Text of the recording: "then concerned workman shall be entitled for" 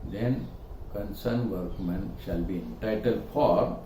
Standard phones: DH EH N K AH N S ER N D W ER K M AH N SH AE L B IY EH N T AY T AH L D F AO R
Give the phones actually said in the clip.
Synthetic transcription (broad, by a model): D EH N K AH N S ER N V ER K M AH N SH AE L B IY EH N T AY T AH L D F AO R